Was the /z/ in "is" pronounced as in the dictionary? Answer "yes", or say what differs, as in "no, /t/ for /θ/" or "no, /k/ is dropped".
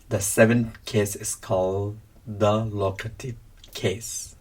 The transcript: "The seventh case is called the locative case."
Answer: no, /s/ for /z/